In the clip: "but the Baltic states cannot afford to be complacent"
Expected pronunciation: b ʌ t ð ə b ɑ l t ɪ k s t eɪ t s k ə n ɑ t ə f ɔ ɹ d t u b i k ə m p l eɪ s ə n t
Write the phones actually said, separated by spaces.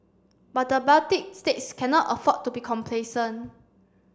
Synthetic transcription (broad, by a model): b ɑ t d ə b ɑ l t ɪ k s t eɪ t s k ə n ɑ t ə f ɔ t u b i k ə m p l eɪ s ə n